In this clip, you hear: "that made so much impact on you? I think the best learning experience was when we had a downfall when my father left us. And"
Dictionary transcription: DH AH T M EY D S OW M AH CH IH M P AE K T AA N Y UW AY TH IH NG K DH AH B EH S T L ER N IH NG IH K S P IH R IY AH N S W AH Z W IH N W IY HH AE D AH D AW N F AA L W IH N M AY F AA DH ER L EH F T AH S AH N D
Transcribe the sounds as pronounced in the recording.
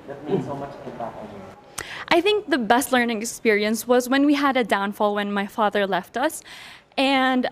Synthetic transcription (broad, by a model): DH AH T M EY S OW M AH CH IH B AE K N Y AY TH IH NG K DH AH B EH S T L ER N IH NG IH K S P IH R IY AH N S W AH Z W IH N W IY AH D AH D AW N F AA L W IH N M AY F AA DH ER L EH F T AH S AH N